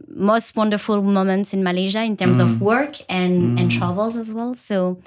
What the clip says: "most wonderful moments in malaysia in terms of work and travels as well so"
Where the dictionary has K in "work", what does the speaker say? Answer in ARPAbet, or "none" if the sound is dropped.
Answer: K